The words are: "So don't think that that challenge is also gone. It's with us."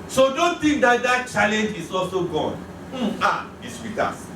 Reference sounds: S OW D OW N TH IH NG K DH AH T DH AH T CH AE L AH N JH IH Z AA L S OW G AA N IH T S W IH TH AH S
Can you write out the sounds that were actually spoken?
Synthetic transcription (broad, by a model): S OW D OW N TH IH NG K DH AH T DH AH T CH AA L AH N JH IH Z AA L S OW G AA N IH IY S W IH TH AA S